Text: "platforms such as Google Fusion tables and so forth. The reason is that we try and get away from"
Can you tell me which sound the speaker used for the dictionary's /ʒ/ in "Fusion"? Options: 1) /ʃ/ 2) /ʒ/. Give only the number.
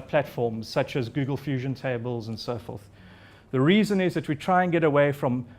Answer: 2